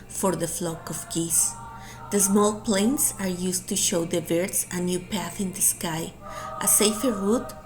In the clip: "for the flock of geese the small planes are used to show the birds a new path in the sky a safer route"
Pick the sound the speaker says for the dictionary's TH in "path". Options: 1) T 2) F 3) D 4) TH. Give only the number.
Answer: 4